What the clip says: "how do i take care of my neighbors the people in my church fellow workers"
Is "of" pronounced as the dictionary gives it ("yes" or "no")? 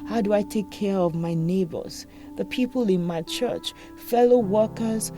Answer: yes